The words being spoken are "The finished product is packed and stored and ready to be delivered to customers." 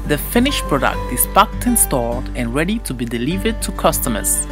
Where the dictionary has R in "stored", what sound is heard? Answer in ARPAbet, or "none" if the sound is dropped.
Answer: L